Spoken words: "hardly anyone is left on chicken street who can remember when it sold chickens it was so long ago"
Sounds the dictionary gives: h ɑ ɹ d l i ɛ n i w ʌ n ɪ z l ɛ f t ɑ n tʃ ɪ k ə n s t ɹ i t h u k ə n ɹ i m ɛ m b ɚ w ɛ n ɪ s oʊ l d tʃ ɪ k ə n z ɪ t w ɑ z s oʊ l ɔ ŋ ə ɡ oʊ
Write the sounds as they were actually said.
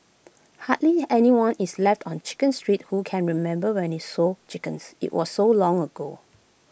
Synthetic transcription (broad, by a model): h ɑ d l i ɛ n i w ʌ n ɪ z l ɛ f t ɑ n tʃ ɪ k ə n s t ɹ i t h u k ə n ɹ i m ɛ m b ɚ w ɛ n ɪ s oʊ tʃ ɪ k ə n s ɪ t w ɑ s oʊ l ɔ ŋ ə ɡ oʊ